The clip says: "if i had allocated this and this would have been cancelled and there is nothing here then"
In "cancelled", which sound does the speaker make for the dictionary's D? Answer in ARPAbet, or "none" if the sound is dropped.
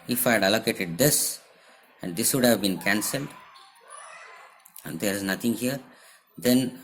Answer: D